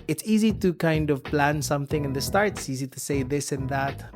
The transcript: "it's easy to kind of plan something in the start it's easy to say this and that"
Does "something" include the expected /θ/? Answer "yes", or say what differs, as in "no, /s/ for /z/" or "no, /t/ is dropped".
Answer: yes